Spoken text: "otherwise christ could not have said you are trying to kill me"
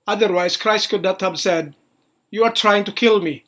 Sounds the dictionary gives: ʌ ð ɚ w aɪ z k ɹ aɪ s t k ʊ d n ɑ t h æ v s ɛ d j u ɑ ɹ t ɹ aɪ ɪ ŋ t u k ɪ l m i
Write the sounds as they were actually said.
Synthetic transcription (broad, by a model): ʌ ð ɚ w aɪ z k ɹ aɪ s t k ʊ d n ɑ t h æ b s ɛ d j u ɑ ɹ t ɹ aɪ ɪ ŋ t u k ɪ l m i